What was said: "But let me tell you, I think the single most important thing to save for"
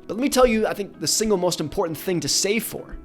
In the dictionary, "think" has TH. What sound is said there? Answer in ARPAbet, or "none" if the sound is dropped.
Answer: TH